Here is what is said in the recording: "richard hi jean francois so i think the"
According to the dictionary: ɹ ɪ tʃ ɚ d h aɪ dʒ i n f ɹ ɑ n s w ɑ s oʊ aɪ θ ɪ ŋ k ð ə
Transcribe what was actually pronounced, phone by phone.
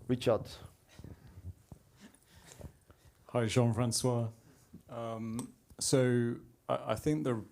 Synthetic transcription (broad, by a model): ɹ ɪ tʃ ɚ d h aɪ ʒ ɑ n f ɹ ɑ n s w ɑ s oʊ aɪ θ ɪ ŋ k ð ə